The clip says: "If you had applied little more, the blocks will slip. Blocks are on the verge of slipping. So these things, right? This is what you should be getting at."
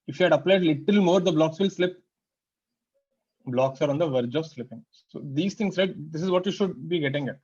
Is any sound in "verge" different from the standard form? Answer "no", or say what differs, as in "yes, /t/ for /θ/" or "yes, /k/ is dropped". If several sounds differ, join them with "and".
no